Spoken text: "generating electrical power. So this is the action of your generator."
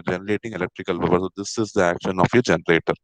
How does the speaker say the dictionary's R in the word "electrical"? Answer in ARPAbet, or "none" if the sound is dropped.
R